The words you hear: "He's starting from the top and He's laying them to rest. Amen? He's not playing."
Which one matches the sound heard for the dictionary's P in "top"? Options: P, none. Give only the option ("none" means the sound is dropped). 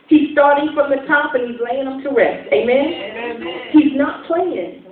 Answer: P